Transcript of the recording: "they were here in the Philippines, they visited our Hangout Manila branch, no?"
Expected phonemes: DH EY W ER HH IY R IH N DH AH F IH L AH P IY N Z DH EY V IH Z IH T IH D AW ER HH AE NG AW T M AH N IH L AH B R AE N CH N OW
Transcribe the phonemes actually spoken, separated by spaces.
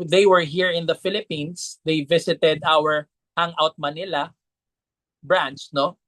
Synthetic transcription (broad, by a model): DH EY W ER HH IY R IH N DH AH F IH L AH P IY N S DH EY V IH S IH T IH D AW ER HH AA NG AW T M AH N IH L AH B R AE N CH N OW